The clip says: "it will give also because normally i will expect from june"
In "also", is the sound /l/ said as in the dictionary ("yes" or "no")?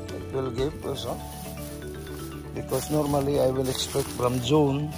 no